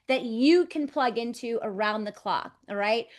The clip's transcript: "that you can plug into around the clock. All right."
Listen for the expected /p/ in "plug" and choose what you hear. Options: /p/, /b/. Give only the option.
/p/